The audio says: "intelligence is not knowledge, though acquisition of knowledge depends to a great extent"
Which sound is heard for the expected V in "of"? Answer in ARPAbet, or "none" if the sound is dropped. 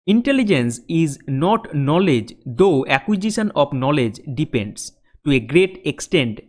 P